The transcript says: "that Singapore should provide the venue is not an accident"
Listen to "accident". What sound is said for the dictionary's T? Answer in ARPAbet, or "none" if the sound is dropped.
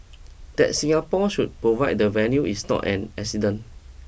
none